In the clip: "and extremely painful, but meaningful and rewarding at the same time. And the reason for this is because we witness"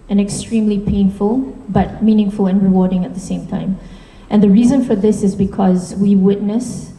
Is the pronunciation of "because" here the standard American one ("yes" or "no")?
yes